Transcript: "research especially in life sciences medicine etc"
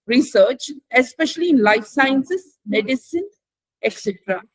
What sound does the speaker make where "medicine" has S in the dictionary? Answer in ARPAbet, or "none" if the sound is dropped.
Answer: S